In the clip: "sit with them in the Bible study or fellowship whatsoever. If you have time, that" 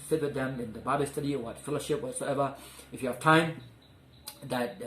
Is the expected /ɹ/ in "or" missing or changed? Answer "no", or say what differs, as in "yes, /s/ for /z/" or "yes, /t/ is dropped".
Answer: yes, /w/ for /ɹ/